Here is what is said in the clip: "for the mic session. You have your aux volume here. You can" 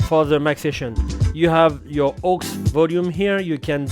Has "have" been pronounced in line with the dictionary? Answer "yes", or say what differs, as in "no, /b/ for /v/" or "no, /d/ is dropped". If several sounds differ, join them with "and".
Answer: yes